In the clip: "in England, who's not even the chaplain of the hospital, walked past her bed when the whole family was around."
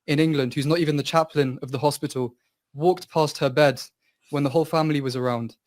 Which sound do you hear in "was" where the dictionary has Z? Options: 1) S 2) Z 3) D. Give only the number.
2